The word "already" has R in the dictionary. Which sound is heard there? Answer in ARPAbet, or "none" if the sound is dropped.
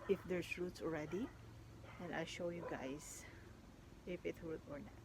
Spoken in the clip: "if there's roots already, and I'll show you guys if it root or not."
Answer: R